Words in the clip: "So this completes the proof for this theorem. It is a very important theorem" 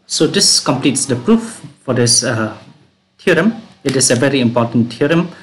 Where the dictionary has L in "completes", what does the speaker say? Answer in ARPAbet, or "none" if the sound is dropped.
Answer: L